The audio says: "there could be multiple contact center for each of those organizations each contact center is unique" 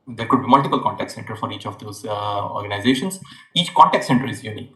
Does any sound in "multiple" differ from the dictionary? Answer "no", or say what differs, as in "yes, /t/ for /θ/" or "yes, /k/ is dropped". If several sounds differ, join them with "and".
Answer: no